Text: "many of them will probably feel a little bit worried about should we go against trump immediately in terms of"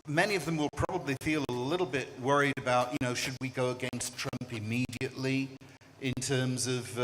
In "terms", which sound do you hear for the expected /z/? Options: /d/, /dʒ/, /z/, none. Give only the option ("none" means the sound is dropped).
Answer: /z/